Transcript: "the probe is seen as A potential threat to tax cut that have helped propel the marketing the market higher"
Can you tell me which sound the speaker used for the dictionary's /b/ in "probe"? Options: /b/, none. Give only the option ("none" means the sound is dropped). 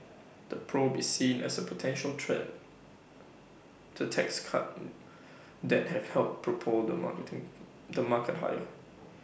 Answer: /b/